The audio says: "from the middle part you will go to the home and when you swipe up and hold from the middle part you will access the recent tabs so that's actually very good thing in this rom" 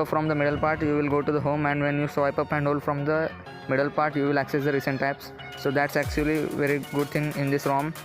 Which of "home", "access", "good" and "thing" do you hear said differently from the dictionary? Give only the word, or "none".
thing